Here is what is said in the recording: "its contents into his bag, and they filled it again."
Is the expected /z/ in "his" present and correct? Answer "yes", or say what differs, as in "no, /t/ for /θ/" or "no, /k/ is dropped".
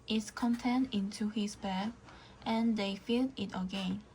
no, /s/ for /z/